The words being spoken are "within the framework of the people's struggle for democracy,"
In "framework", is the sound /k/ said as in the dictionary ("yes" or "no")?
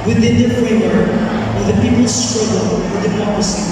no